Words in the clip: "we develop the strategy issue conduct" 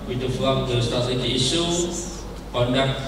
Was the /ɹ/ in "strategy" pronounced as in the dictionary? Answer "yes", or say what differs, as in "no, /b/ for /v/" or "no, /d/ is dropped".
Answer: no, /ɹ/ is dropped